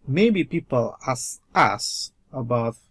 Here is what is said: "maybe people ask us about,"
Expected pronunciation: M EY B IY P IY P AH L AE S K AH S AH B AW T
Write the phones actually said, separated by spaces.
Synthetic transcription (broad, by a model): M EY B IY P IY P AH L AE S AH S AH B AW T